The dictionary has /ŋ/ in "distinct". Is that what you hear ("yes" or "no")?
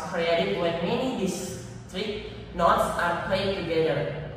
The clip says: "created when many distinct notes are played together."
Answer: no